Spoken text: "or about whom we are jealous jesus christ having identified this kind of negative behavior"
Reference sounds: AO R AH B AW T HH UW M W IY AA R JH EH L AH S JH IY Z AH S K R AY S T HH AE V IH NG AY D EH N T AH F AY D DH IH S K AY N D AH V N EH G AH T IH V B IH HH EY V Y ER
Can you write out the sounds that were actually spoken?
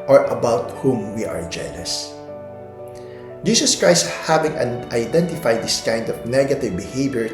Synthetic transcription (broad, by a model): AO R AH B AW T HH UW M W IY AA R JH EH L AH S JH IY S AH S K R AY S T HH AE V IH NG AY D EH N T AH F AY D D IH S K AY N D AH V N EH G AH T IH V B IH HH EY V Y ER